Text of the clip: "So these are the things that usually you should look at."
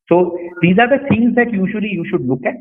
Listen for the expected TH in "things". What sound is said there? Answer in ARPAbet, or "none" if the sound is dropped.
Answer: S